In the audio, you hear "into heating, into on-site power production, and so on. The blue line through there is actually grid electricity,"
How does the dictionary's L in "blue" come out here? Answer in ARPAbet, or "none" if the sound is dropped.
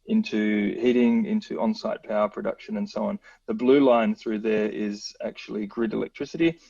L